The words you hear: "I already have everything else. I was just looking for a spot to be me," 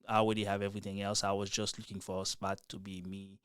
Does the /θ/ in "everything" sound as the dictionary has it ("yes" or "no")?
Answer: yes